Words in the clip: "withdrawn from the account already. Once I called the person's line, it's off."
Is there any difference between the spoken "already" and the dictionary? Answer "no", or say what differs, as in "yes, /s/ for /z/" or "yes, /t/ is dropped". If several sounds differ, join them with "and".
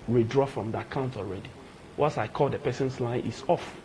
no